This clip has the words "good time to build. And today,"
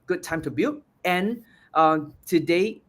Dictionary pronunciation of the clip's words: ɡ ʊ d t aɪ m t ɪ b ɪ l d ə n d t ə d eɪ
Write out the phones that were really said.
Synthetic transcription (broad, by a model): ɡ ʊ d t aɪ m t ɪ b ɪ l ə n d t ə d eɪ